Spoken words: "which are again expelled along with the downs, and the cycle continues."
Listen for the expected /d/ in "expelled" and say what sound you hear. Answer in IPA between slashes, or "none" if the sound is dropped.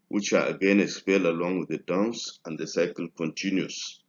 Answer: none